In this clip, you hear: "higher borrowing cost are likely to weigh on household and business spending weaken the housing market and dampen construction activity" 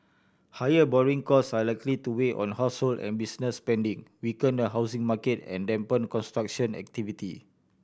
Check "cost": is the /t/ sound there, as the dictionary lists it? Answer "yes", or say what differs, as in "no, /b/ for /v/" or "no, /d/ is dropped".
no, /t/ is dropped